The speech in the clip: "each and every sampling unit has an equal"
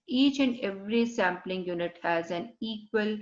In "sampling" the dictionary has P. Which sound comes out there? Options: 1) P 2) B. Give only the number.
1